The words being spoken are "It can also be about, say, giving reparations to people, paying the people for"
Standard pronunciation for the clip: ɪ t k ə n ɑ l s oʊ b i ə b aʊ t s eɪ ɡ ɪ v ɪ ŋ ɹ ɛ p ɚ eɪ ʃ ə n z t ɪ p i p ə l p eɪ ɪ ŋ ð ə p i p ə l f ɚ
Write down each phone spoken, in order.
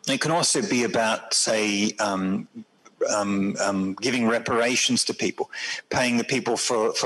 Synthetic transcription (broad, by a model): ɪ t k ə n ɑ l s oʊ b i ə b aʊ t s eɪ ɡ ɪ v ɪ ŋ ɹ ɛ p ɚ eɪ ʃ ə n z t ɪ p i p ə l p eɪ ɪ ŋ ð ə p i p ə l f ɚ